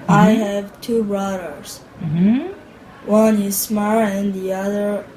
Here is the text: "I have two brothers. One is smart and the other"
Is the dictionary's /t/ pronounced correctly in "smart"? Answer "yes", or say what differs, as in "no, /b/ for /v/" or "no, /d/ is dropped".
no, /t/ is dropped